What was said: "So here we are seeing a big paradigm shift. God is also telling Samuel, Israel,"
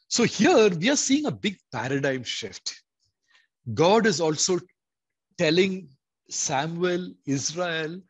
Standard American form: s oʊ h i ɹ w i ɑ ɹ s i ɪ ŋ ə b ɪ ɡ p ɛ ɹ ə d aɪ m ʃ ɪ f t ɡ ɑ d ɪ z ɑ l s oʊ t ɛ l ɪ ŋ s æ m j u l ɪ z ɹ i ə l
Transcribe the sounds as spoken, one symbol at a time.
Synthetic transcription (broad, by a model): s oʊ h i ɹ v i ɑ ɹ s i ɪ ŋ ə b ɪ ɡ p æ ɹ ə d aɪ m ʃ ɪ f t ɡ ɑ d ɪ z ɑ l s oʊ t ɛ l ɪ ŋ s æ m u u l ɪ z ɹ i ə l